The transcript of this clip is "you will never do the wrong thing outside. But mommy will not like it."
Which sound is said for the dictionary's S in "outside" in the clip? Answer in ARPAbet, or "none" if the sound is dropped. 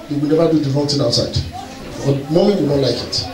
S